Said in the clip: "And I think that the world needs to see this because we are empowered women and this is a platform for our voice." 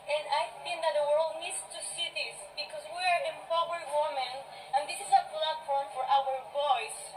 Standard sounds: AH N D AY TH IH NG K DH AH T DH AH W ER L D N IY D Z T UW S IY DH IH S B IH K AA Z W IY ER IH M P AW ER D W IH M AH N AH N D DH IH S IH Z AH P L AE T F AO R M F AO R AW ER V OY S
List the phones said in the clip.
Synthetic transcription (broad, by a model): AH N AY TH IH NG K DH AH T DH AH W ER L D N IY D S T UW S IY DH IH S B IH K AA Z W IY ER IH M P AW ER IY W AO M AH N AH N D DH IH S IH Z AH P L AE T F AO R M F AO R AW ER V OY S